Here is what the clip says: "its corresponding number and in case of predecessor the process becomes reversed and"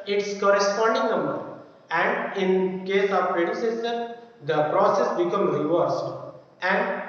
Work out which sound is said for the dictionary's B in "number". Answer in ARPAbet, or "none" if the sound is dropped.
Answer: none